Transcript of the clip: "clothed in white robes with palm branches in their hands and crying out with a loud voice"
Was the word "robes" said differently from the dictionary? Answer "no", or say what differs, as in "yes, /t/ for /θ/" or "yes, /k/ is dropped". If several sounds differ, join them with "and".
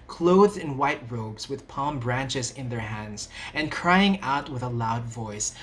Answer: no